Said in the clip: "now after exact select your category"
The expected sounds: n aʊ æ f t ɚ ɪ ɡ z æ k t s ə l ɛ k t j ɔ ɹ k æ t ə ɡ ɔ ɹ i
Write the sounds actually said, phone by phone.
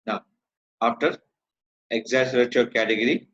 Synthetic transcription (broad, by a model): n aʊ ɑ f t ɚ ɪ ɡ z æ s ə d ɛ t j ɔ ɹ k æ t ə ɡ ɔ ɹ i